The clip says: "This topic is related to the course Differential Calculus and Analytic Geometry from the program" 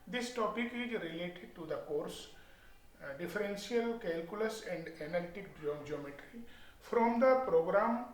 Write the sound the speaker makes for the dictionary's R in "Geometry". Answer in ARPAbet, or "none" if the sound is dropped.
R